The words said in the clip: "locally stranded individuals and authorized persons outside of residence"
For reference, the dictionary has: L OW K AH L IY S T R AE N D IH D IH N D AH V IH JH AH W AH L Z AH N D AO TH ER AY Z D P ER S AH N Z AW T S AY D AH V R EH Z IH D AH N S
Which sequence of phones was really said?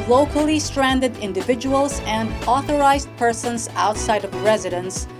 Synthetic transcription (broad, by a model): L OW K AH L IY S T R AE N D IH D IH N D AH V IH JH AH W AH L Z AH N D AO TH ER AY Z D P ER S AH N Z AW T S AY D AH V R EH Z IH D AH N S